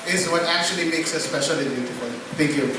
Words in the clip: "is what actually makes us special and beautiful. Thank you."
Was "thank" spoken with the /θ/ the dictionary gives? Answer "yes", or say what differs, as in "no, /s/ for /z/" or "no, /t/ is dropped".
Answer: no, /t/ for /θ/